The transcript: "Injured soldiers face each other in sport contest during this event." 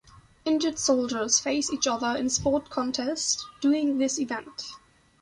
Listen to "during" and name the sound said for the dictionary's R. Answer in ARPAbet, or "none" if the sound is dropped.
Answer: none